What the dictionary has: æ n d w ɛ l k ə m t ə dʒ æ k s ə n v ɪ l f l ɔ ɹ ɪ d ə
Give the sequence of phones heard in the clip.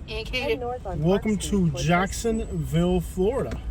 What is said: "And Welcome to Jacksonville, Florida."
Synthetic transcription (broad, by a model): w ɛ l k ə m t ə dʒ æ k s ə n v ɪ l f l ɔ ɹ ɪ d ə